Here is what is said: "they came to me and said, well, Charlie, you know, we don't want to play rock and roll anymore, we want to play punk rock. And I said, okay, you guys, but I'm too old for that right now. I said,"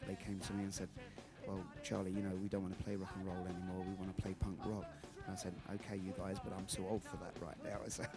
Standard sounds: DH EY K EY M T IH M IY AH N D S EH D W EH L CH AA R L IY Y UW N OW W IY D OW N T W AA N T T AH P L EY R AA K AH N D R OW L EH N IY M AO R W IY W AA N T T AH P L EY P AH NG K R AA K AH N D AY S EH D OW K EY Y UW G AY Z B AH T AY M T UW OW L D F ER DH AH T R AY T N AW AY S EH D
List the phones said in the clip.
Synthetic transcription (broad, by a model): DH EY K EY M T IH M IY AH N S EH D W EH L CH AA R L IY Y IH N OW W IY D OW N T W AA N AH P L EY R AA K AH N R OW L EH N IY M AO R W IY W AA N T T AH P L EY P AH NG K R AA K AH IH S EH D OW K EY Y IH G AY Z B AH T AY M S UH OW L D F ER DH AH T R AY T N AW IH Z